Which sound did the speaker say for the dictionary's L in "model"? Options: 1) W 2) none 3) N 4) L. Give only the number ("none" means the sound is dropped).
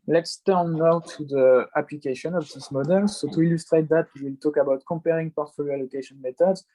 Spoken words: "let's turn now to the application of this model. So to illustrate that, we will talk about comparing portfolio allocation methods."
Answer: 4